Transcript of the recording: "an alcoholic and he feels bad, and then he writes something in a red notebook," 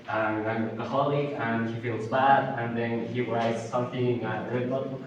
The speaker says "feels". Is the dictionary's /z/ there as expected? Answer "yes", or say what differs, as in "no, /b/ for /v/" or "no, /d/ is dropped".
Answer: yes